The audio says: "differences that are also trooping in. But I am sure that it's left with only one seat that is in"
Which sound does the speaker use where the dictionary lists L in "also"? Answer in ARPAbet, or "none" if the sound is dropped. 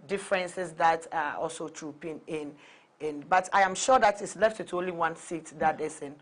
L